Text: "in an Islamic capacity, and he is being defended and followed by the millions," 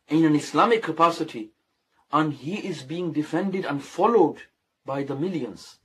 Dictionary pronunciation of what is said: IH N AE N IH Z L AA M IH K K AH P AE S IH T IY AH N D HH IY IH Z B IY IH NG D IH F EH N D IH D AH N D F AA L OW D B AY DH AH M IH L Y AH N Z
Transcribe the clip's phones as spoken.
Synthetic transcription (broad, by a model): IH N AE N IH S L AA M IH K K AH P AE S IH T IY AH N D HH IY IH Z B IY IH NG D IH F EH N D IH D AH N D F AA L OW D B AY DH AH M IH L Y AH N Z